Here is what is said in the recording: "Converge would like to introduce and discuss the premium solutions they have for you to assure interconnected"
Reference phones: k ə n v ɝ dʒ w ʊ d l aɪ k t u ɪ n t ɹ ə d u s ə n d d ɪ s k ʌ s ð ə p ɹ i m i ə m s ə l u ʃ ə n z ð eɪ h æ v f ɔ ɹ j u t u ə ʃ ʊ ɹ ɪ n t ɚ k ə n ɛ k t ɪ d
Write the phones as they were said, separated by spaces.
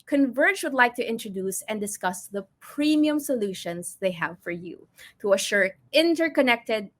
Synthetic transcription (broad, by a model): k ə n v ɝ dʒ w ʊ d l aɪ k t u ɪ n t ɹ ə d u s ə n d d ɪ s k ʌ s ð ə p ɹ i m i ə m s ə l u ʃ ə n s ð eɪ h æ v f ɔ ɹ j u t u ə ʃ ʊ ɹ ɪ n t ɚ k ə n ɛ k t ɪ d